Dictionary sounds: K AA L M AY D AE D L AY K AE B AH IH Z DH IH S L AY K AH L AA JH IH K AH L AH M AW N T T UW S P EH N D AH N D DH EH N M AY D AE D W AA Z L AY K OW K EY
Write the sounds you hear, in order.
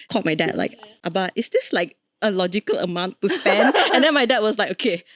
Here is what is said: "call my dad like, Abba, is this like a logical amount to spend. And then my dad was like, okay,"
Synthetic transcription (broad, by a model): K AA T M AY D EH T L AY K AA B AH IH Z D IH S L AY K AH L AA JH IH K AH L AH M AW N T T UW S P EH N D AH N D EH N M AY D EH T W AA S L AY K OW K EY